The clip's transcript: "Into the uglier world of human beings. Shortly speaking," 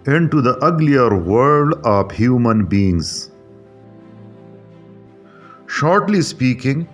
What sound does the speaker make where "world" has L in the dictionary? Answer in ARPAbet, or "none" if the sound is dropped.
none